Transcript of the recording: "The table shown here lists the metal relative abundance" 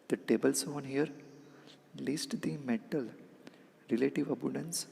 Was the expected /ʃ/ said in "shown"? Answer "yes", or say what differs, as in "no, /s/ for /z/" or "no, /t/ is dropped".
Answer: no, /s/ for /ʃ/